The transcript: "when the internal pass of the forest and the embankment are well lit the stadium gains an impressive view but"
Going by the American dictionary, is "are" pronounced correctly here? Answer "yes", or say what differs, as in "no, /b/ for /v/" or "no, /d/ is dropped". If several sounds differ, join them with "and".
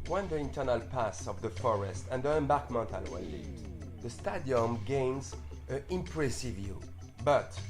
no, /l/ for /ɹ/